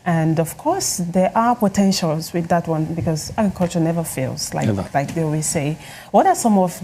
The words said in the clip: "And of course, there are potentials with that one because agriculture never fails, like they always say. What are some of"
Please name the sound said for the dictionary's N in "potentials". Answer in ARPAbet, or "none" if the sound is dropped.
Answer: N